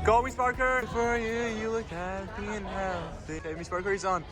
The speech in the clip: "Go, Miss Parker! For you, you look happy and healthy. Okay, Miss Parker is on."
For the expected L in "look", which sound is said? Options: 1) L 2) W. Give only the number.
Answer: 1